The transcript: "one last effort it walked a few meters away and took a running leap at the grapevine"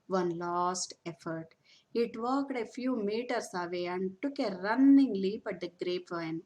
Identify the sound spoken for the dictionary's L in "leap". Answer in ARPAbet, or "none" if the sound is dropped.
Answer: L